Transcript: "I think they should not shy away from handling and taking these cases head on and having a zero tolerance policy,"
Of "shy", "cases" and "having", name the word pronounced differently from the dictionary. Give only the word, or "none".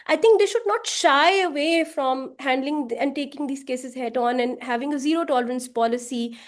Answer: none